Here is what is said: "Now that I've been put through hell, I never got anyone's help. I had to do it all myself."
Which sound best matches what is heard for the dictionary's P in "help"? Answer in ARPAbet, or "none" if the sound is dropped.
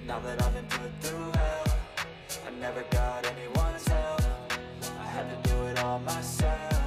F